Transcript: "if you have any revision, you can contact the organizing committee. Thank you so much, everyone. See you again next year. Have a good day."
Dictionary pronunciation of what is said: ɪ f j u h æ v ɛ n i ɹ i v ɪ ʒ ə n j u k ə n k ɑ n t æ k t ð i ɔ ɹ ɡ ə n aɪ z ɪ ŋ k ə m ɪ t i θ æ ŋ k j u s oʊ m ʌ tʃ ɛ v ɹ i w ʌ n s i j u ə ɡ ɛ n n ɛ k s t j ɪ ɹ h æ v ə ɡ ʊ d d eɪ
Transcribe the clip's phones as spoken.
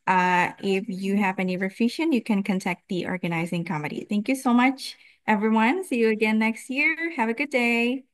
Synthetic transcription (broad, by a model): ɪ f j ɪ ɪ v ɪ n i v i f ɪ ʃ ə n j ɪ k ə n k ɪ n t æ k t ð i ɔ ɹ ɡ ə n aɪ z ɪ ŋ k ə m ɪ t i θ æ ŋ k j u s oʊ m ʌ tʃ ɛ v ɹ i w ʌ n s i j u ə ɡ ɛ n n ɛ k s t j ɪ ɹ h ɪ v ə ɡ ʊ d d eɪ